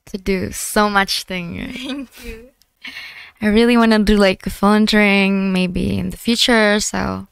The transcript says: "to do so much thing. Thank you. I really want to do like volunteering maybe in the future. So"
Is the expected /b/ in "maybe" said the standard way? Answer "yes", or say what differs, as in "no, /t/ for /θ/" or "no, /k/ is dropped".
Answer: yes